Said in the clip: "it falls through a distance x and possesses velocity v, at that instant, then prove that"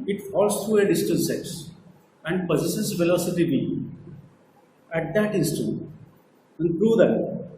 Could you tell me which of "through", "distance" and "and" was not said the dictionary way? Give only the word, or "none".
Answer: through